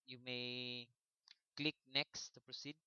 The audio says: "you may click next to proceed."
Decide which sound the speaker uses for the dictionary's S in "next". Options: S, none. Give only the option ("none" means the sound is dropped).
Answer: S